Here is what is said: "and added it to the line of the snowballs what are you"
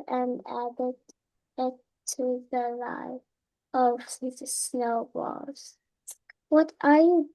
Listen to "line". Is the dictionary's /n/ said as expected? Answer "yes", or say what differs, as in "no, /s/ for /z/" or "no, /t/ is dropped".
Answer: no, /n/ is dropped